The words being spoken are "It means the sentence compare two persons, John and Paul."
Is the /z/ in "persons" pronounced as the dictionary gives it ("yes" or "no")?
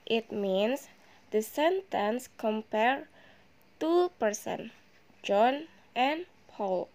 no